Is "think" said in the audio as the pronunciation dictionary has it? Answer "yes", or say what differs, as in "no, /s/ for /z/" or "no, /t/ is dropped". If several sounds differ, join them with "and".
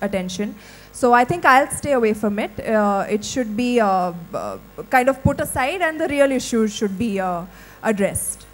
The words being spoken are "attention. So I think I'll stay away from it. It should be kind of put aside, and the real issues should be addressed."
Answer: no, /t/ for /θ/